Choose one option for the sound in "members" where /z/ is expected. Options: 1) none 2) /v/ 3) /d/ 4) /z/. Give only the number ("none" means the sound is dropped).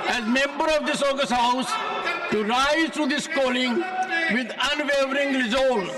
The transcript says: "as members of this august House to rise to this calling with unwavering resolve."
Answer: 1